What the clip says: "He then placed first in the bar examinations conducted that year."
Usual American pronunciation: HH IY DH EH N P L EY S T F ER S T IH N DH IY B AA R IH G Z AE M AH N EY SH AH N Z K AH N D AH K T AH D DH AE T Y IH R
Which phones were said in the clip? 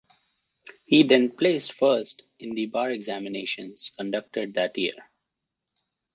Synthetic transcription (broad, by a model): HH IY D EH N P L EY S T F ER S T IH N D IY B AA R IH G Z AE M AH N EY SH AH N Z K AH N D AH K T AH D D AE T Y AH R